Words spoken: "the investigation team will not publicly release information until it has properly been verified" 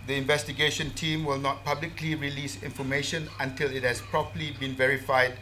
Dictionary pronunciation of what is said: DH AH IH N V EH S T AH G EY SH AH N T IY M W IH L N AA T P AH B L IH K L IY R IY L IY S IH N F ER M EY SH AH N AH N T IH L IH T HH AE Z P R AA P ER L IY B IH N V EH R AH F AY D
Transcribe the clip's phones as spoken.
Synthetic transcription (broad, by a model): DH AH IH N V EH S T AH G EY SH AH N T IY M W IH L N AA T P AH B L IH K L IY R IY L IY S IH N F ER M EY SH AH N AH N T IH L IH T HH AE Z P R AA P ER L IY B IH N V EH R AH F AY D